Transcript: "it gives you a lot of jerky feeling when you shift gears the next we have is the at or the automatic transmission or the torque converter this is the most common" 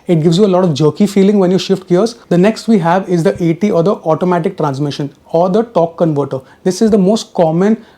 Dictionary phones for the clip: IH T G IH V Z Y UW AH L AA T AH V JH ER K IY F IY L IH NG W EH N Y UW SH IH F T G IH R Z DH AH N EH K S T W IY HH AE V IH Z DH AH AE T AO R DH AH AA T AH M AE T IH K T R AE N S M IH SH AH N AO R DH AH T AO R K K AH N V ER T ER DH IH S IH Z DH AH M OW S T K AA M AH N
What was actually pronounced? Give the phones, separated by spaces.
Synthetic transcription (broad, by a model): IH T G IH V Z Y UW AH L AA T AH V JH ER K IY F IY L IH NG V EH N Y UW SH IH F T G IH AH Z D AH N EH K S T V IY HH AE V IH Z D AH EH T AO R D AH AA T AH M AE T IH K T R AE N S M IH SH AH N AO R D AH T AO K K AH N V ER T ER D IH S IH Z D AH M OW S T K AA M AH N